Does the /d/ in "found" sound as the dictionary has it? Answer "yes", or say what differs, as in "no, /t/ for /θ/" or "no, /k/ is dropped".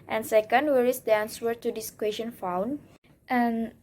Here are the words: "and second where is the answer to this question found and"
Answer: no, /d/ is dropped